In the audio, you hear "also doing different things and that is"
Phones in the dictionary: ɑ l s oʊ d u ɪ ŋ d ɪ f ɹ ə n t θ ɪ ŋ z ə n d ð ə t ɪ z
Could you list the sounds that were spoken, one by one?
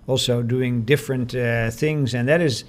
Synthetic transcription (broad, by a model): ɑ l s oʊ d u ɪ ŋ d ɪ f ɹ ə n t θ ɪ ŋ z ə n ð ə t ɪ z